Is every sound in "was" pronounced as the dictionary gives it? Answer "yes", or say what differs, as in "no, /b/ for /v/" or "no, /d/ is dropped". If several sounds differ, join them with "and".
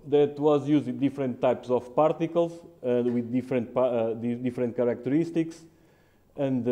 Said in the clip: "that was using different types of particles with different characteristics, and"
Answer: yes